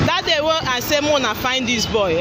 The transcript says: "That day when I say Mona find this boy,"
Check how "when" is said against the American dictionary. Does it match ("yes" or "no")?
no